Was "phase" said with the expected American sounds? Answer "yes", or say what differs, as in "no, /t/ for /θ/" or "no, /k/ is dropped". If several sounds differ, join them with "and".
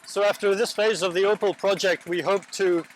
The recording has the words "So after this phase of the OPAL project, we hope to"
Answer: yes